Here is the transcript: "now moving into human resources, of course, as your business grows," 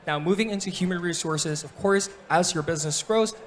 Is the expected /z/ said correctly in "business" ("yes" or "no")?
yes